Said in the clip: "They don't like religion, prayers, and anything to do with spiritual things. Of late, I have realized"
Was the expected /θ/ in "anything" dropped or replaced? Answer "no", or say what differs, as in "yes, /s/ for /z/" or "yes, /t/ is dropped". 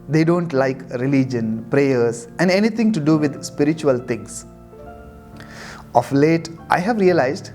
yes, /t/ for /θ/